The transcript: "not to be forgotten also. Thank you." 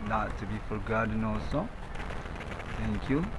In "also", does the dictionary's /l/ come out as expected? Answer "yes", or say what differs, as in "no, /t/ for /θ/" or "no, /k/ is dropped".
no, /l/ is dropped